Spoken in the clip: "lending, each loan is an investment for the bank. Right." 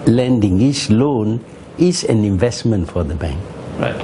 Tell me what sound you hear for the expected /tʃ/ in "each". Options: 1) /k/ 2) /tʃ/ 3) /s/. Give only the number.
3